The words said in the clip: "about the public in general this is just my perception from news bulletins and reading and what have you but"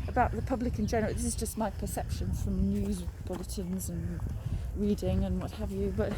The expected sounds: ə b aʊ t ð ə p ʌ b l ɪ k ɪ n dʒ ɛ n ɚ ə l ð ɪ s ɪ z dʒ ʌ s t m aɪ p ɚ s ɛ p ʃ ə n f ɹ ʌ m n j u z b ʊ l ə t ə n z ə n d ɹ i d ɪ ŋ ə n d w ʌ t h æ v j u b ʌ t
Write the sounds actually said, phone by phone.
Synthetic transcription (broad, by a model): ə b aʊ t ð ə p ʌ b l ɪ k ɪ n dʒ ɛ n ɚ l ð ɪ s ɪ z dʒ ʌ s t m aɪ p ɚ s ɛ p ʃ ə n f ɹ ʌ m n j u z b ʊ l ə t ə n z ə n ɹ i d ɪ ŋ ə n w ʌ t h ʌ v j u b ʌ t